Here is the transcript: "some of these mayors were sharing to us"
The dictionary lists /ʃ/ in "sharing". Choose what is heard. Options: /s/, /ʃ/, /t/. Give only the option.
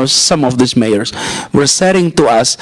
/s/